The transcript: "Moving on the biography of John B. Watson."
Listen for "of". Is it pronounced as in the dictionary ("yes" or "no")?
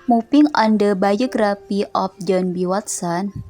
no